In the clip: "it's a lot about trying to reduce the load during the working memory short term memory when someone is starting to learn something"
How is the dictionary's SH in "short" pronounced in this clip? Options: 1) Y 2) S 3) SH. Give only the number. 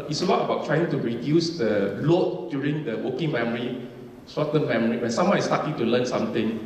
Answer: 2